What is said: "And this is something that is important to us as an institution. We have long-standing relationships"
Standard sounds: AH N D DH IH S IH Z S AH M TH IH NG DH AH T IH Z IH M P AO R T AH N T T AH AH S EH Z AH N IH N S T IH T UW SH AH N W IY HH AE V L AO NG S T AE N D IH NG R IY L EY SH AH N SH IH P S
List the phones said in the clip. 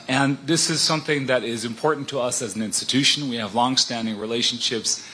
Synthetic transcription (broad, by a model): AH N DH IH S IH Z S AH M TH IH NG DH AH T IH Z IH M P AO R T N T T AH AH S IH Z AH N IH N S T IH T UW SH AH N W IY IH V L AO NG S T AE N D IH NG R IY L EY SH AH N SH IH P S